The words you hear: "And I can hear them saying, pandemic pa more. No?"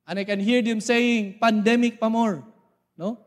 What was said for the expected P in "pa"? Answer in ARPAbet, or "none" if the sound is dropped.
P